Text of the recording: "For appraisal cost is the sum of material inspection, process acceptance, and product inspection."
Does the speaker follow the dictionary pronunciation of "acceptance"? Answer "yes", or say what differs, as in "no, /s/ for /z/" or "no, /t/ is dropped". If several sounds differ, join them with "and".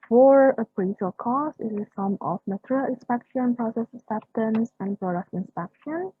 no, /k/ is dropped